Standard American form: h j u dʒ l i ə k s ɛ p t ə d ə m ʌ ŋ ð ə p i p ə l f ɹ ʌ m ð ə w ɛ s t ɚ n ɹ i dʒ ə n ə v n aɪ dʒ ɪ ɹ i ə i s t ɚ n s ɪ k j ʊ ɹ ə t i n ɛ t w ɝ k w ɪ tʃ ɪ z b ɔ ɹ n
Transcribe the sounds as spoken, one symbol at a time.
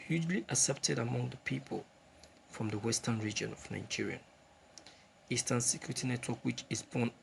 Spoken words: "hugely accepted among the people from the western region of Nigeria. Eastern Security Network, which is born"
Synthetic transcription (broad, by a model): h j u dʒ l i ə s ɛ p t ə d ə m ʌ ŋ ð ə p i p ə l f ɹ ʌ m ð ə w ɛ s t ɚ n ɹ i dʒ ə n ə v n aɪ dʒ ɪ ɹ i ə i s t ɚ n s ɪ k j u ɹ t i n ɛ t w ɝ k w ɪ tʃ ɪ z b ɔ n